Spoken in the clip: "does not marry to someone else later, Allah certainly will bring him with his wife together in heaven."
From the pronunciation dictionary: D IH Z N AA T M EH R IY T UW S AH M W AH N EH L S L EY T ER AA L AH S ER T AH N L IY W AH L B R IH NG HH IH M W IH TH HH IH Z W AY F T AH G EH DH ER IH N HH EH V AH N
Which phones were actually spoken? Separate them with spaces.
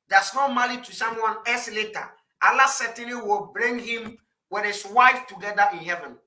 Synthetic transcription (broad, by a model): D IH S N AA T M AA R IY T UW S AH M W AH N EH S L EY T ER AA L AH S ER T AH N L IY W AH L B R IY NG HH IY M W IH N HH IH S W AY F T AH G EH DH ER IH N HH EH V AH N